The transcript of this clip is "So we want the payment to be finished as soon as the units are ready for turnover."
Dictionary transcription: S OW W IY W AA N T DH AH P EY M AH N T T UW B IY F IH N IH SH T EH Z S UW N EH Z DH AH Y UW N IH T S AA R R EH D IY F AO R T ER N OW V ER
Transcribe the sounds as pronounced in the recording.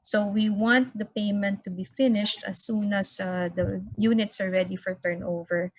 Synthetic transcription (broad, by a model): S OW W IY W AA N T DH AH P EY M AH N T T UW B IY F IH N IH SH T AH S UW N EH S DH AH Y UW N IH T S AA R R EH D IY F AO R T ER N OW V ER